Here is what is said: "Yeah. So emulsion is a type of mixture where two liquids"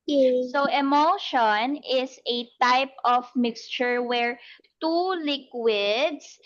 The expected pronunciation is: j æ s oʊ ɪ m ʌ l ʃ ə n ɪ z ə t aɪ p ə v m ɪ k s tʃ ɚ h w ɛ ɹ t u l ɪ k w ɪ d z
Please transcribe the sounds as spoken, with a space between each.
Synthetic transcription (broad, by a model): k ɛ s oʊ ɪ m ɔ ʃ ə n ɪ s ə t aɪ p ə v m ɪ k s tʃ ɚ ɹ w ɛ ɹ t u l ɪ k w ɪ d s